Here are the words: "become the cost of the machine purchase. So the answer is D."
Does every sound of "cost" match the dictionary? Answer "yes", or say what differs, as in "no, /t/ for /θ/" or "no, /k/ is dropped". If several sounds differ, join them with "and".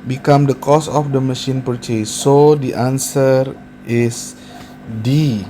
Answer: no, /t/ is dropped